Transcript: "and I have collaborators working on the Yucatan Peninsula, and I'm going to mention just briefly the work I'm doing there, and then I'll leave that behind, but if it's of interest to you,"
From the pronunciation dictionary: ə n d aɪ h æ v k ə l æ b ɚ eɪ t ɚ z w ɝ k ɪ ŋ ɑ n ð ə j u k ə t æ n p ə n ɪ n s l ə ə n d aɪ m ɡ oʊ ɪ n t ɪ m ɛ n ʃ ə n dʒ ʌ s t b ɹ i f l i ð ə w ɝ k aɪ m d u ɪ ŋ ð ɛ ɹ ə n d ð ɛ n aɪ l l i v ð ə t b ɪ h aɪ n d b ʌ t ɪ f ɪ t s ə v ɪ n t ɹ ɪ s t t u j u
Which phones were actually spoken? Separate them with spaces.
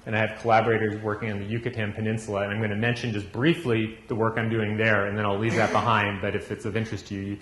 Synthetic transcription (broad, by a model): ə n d aɪ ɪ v k ə l æ b ɚ eɪ t ɚ z w ɝ k ɪ ŋ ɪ n ð ə j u k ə t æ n p ə n ɪ n s l ə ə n aɪ m ɡ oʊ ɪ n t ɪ m ɛ n ʃ ə n dʒ ʌ s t b ɹ i f l i ð ə w ɝ k aɪ m d u ɪ ŋ ð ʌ ɹ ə n ð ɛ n aɪ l l i v ð ə t b ɪ h aɪ n d b ʌ t ɪ f ɪ t s ə v ɪ n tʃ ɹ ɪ s t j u j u